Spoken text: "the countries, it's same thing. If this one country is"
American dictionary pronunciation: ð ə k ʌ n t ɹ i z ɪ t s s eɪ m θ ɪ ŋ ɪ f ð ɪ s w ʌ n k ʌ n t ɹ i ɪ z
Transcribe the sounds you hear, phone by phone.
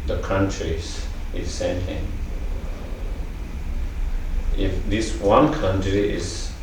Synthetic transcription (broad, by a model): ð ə k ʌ n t ɹ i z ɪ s s eɪ m t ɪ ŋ ɪ f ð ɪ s w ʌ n k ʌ n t ɹ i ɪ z